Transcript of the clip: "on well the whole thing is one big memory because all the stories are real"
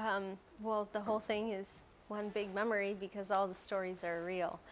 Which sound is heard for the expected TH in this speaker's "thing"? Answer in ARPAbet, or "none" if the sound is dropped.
TH